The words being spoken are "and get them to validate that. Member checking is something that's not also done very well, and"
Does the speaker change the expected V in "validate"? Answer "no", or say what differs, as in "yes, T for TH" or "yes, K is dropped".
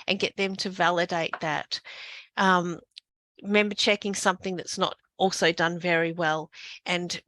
no